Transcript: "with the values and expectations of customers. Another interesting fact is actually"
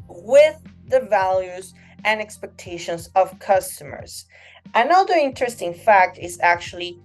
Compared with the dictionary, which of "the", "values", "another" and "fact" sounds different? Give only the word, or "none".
none